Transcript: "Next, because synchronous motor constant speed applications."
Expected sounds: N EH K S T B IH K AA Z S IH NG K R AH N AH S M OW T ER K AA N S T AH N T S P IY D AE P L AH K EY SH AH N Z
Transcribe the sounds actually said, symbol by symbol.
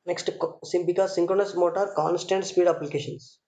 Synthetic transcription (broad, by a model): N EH K S T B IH K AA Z S IH NG K R AH N AH S M OW T ER K AA N S T AH N T S P IY D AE P L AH K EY SH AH N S